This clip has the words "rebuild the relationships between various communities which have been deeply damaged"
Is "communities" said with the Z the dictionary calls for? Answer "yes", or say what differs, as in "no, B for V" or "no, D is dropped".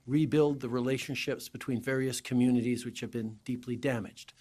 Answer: yes